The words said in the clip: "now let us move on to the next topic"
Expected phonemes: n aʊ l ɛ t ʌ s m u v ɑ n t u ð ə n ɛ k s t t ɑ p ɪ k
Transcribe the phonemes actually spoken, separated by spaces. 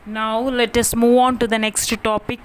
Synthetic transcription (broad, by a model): n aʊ l ɛ t ʌ s m u v ɑ n t u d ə n ɛ k s t t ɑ p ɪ k